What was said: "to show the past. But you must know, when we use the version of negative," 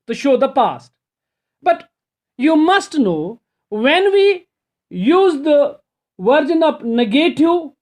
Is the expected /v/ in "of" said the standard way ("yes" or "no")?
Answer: no